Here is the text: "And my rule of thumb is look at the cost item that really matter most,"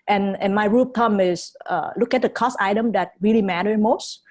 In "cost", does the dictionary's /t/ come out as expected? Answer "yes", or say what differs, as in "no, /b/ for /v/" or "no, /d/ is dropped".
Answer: no, /t/ is dropped